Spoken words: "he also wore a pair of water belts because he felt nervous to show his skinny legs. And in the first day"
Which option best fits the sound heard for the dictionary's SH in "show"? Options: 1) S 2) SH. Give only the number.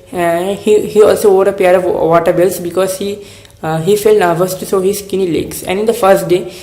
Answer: 1